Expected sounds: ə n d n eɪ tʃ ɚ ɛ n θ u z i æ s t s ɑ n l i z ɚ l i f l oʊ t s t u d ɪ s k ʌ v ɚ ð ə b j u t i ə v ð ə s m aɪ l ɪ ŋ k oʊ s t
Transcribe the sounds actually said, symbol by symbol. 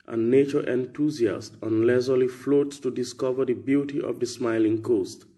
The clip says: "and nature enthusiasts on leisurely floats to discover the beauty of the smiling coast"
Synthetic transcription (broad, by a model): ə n n eɪ tʃ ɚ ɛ n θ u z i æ s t ɑ n l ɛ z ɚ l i f l oʊ t s t u d ɪ s k ʌ v ɚ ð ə b j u t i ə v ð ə s m aɪ l ɪ ŋ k oʊ s t